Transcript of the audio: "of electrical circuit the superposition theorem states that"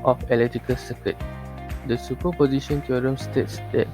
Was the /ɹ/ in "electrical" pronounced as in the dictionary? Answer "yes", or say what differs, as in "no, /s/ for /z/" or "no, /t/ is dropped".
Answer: no, /ɹ/ is dropped